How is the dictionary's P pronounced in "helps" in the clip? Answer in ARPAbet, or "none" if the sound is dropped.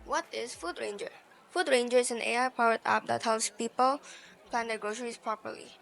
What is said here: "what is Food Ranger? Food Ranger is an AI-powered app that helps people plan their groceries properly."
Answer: none